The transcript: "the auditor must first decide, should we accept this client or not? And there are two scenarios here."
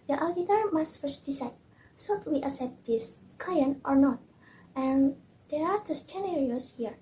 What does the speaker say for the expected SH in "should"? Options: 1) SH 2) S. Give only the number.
2